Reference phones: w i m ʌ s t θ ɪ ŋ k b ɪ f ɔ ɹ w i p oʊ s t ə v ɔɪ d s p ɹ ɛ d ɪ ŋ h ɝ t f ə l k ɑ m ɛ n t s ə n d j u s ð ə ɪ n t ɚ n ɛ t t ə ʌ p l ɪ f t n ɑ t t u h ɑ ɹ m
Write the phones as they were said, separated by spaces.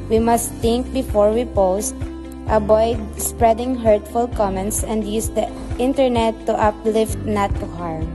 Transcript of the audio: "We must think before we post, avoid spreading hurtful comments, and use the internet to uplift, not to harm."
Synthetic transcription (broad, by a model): w i m ʌ s t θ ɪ ŋ k b ɪ f ɔ ɹ w i p oʊ s t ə b ɔɪ d s p ɹ ɛ d ɪ ŋ h ɝ t f ə l k ɑ m ɛ n t s ə n d j u s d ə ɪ n t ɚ n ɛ t t ə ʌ p l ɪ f t n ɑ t t u h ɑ ɹ m